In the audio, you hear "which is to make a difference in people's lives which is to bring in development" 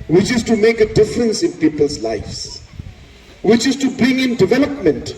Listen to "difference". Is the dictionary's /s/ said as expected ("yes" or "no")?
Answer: yes